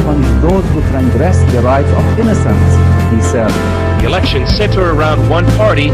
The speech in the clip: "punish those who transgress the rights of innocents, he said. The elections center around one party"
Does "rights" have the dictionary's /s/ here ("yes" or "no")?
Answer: no